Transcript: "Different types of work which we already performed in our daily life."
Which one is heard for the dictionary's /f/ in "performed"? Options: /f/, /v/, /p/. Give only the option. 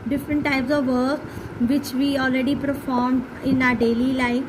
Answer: /f/